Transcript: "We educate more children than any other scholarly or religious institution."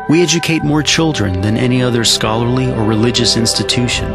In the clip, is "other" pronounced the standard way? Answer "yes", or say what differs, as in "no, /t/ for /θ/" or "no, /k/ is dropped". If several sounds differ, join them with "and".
yes